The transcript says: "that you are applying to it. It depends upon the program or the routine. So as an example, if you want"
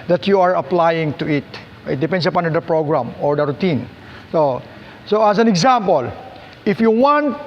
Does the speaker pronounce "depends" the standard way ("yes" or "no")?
no